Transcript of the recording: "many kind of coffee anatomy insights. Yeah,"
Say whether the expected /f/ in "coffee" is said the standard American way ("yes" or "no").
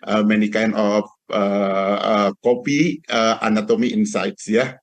no